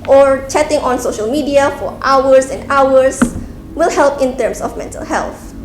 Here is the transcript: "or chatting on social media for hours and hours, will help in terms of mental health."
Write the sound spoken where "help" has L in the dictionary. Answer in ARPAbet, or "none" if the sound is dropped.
L